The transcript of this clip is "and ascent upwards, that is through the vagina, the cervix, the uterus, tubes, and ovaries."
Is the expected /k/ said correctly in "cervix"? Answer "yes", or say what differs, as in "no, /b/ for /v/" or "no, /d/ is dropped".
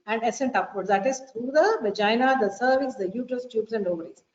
no, /k/ is dropped